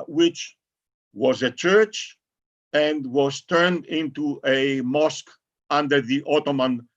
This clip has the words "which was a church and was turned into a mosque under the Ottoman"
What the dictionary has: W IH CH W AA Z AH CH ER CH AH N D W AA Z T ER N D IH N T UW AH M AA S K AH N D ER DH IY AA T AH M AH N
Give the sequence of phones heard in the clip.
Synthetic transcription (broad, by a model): W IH CH W AA Z AH CH ER CH AH N D W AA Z T ER N D IH N T UW AH M AA S K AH N D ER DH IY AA T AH M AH N